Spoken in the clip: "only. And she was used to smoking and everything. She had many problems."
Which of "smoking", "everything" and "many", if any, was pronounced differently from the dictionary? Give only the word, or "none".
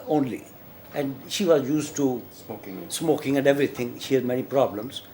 everything